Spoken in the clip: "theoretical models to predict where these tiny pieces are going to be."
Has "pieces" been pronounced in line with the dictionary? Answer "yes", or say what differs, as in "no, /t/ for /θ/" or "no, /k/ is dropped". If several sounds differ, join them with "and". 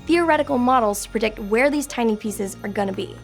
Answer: yes